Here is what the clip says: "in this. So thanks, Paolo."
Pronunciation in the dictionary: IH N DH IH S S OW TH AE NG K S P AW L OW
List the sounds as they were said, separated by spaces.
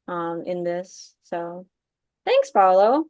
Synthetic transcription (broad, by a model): IH N DH IH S S OW TH AE NG K S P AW L OW